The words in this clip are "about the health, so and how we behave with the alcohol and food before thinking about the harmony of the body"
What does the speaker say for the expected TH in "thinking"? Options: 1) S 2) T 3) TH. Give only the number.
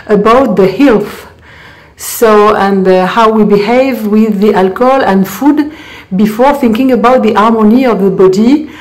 3